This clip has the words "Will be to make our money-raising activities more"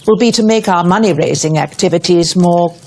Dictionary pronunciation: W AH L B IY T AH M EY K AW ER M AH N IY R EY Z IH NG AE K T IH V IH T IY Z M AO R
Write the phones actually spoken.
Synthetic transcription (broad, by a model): W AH L B IY T AH M EY K AW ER M AH N IY R EY Z IH NG AE K T IH V IH T IY Z M AO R